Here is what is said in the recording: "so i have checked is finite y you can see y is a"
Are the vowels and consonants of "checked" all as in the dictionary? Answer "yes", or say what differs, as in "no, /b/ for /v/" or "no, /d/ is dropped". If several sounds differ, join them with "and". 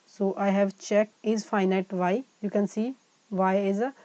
no, /t/ is dropped